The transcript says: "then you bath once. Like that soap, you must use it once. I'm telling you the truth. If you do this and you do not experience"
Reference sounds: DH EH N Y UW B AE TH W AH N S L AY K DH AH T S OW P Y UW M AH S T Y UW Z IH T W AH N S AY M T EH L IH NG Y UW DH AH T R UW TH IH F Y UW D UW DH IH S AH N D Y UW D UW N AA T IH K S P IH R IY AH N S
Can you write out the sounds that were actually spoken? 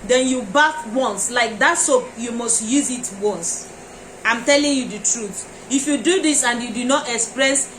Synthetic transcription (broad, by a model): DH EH N Y UW B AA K W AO N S L AY K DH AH T S OW P Y UW M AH S T Y UW Z IH T W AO N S AY M T EH L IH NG Y UW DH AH T R UW TH IH F Y UW D UW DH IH S AH N D Y UW D UW N AA T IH K S P R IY S